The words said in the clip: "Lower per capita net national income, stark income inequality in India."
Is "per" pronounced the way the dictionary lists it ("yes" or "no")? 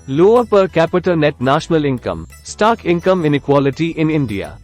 yes